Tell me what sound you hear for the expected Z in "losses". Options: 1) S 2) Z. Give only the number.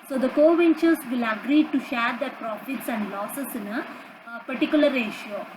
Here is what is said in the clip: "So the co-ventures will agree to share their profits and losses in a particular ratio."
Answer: 1